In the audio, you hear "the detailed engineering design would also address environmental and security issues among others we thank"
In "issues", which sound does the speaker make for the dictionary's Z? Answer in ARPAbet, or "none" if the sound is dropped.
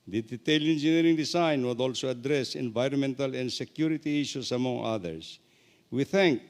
S